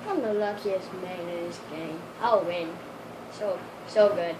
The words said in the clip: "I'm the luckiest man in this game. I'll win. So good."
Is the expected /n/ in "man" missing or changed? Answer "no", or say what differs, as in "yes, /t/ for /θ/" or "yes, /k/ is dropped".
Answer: yes, /n/ is dropped